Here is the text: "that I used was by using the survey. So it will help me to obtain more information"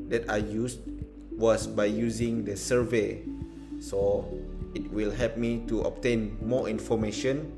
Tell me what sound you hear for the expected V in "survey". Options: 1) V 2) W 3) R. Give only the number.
1